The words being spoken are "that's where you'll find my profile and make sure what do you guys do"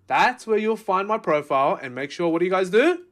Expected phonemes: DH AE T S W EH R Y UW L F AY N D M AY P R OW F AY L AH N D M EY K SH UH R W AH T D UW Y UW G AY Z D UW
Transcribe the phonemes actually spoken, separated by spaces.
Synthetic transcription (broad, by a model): DH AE T S W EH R Y UW L F AY N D M AY P R OW F AY L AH N M EY K SH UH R W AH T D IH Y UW G AY Z D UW